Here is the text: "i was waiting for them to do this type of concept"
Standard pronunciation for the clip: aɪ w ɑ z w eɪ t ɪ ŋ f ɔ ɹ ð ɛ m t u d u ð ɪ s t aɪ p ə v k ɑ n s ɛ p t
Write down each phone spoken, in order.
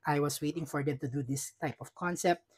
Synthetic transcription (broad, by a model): aɪ w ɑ s w eɪ t ɪ ŋ f ɔ ɹ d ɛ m t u d u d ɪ s t aɪ p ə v k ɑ n s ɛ p t